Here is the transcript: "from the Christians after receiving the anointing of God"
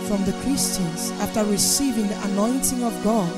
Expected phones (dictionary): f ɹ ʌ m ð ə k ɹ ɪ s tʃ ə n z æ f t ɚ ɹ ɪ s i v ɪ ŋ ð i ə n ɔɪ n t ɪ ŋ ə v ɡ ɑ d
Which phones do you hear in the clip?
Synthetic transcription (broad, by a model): f ɹ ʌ m ð ə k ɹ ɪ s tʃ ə n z æ f t ɚ ɹ ɪ s i v ɪ ŋ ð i ə n ɔɪ n t ɪ ŋ ə v ɡ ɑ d